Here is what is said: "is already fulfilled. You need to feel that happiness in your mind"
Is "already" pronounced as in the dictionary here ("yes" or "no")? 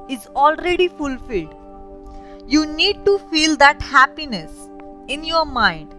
yes